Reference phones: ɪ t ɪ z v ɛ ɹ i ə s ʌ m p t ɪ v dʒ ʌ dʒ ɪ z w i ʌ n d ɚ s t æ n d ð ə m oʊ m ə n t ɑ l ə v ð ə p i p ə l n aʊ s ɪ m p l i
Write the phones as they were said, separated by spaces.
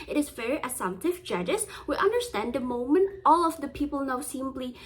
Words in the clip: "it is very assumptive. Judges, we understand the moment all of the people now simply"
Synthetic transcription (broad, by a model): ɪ t ɪ z v ɛ ɹ i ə s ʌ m t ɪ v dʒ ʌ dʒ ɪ s w i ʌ n d ɚ s t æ n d ð ə m oʊ m ə n t ɑ l ə v ð ə p i p l n aʊ s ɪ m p l i